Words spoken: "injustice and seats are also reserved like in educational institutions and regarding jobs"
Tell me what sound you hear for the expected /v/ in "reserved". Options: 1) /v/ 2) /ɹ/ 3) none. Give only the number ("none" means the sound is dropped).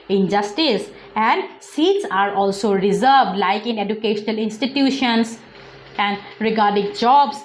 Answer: 1